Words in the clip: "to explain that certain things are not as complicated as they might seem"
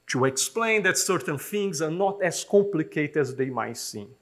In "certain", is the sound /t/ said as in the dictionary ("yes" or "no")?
yes